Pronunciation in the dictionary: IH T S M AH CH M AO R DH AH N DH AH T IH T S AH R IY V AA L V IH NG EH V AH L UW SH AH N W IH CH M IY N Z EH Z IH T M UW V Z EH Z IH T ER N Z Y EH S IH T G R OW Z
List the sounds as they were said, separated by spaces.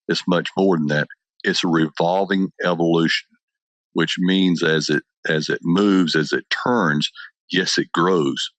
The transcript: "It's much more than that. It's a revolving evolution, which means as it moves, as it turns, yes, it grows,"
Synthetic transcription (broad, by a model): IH T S M AH CH M AO R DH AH N DH AH T IH T S AH R IY V AA L V IH NG EH V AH L UW SH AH N W IH CH M IY N Z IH Z IH T M UW V Z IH Z IH T ER N Z Y EH S IH T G R OW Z